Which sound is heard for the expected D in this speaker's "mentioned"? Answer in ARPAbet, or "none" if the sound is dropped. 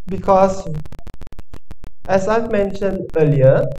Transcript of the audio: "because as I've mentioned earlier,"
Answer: D